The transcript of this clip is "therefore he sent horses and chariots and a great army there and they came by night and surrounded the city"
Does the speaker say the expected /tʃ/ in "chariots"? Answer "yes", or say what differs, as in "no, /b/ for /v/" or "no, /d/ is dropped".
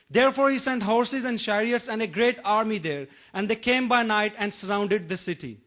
no, /ʃ/ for /tʃ/